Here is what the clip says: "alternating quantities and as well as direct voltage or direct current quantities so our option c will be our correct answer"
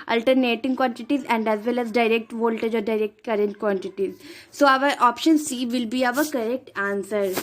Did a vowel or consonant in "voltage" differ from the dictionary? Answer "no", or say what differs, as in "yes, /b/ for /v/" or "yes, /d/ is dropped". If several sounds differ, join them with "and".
no